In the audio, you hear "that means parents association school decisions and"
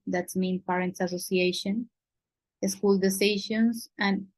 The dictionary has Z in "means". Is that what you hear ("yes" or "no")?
no